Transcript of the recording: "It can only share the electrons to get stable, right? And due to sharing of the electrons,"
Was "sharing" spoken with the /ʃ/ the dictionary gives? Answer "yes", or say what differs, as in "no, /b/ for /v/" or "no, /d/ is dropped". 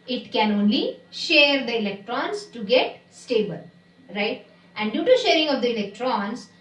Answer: yes